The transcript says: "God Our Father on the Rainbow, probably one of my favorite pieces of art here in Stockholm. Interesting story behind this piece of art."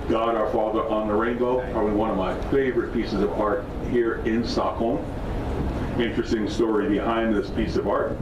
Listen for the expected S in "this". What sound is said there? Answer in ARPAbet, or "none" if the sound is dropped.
S